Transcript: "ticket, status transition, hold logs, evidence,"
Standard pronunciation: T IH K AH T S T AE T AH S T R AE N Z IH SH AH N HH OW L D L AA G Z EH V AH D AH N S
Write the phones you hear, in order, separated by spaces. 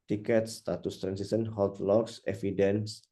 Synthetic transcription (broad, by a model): T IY K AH T S T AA T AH S T R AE N S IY S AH N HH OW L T L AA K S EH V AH D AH N S